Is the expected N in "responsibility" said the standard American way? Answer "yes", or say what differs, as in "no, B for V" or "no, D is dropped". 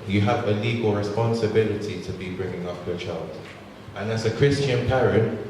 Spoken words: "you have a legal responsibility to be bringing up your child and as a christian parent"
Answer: yes